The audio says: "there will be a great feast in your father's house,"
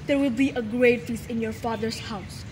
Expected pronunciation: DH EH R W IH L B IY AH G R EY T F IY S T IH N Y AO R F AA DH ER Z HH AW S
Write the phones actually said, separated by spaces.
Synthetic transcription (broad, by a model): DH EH R W IH L B IY AH G R EY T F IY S IH N Y AO R F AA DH ER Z HH AW S